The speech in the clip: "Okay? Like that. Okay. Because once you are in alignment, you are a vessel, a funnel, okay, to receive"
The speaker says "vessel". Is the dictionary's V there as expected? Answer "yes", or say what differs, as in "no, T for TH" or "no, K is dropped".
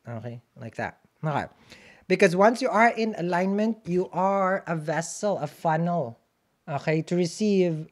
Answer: yes